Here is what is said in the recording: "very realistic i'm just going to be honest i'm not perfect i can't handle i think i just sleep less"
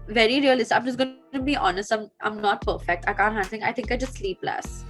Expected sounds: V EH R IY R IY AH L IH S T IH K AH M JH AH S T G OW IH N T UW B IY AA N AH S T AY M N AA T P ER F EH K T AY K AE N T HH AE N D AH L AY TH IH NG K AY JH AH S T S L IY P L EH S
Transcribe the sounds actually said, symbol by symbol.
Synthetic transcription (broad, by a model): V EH R IY R IY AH L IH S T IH AH M JH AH S G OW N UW B IY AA N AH S T AY M N AA T P ER F EH K T AY K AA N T HH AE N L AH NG AY T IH NG K AY JH AH S T S L IY P L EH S